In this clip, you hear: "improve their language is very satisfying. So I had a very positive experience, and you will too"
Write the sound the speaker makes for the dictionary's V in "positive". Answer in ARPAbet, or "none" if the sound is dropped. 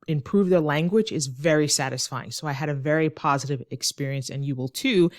V